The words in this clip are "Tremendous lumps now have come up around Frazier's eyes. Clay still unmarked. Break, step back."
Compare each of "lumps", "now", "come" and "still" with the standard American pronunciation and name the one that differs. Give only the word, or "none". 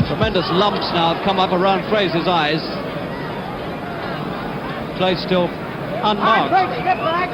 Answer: none